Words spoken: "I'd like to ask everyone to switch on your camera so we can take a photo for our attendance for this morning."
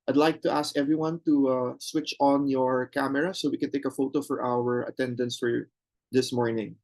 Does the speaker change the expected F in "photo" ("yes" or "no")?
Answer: no